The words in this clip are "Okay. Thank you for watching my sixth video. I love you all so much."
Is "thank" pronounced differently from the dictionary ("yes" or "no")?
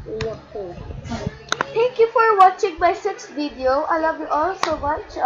yes